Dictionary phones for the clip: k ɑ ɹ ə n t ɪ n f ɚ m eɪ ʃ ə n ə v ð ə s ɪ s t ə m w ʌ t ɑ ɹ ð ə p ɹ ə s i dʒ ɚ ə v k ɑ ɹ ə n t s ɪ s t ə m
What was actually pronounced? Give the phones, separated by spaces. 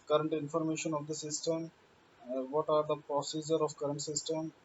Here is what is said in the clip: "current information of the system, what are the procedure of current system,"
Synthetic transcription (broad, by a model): k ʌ ɹ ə n t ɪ n f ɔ m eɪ ʃ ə n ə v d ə s ɪ s t ə m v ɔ t ɑ ɹ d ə p ɹ ə s i dʒ ɚ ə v k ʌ ɹ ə n t s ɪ s t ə m